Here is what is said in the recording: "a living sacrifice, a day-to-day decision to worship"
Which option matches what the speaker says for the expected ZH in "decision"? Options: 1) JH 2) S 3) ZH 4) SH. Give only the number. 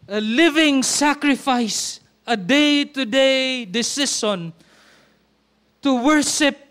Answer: 2